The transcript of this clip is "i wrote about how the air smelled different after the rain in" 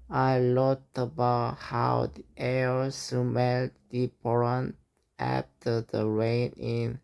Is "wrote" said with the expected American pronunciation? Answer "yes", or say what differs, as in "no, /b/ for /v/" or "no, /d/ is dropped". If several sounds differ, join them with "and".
no, /l/ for /ɹ/